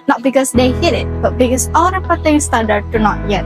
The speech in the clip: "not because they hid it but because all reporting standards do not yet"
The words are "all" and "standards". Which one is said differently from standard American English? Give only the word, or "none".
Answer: standards